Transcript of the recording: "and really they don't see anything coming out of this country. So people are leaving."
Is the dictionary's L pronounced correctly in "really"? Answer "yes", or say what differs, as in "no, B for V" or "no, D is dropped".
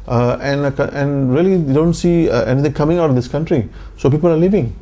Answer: no, L is dropped